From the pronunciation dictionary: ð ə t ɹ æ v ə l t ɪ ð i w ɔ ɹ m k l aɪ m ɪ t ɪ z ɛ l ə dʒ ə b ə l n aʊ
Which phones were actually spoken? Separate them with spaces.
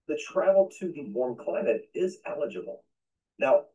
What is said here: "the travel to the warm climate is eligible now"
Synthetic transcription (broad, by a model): ð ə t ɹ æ ə l t ɪ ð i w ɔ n k l aɪ m ɪ t ɪ z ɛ l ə dʒ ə b l n aʊ